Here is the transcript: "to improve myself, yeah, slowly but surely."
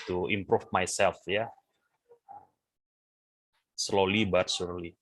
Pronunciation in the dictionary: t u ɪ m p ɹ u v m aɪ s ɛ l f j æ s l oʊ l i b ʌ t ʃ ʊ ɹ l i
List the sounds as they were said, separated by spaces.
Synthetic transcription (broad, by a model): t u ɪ m p ɹ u f m aɪ s ɛ l f j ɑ s l oʊ l i b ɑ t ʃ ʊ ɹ l i